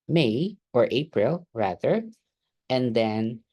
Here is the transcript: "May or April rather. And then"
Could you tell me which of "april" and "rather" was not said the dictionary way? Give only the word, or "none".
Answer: none